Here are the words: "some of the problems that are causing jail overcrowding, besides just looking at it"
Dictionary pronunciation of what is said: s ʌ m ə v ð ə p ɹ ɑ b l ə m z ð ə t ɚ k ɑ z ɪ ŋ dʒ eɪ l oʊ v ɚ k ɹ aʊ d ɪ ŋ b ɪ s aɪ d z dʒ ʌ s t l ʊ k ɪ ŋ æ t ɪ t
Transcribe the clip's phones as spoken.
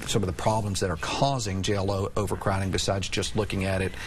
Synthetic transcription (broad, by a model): s ʌ m ə v ð ə p ɹ ɑ b l ə m z ð ə t ɚ k ɑ z ɪ ŋ dʒ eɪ l oʊ v ɚ k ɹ aʊ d ɪ ŋ b ɪ s aɪ d z dʒ ʌ s t l ʊ k ɪ ŋ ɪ t ɪ t